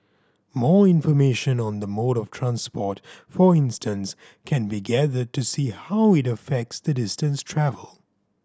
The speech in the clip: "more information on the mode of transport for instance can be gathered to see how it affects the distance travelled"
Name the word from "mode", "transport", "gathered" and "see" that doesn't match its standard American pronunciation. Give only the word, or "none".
none